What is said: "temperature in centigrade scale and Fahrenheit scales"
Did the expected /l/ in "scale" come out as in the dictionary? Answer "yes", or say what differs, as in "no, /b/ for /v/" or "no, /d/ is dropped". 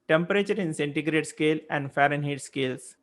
yes